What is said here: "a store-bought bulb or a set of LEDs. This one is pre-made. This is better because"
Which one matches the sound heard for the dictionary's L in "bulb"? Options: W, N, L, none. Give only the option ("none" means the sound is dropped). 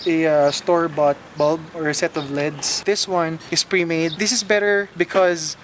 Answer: L